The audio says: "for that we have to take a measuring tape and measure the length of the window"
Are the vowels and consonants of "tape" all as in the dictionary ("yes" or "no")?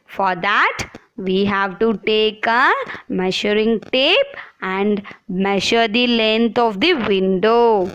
yes